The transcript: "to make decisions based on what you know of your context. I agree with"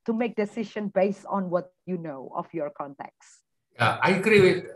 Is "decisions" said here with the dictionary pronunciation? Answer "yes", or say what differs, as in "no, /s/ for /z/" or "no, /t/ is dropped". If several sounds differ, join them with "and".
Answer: no, /z/ is dropped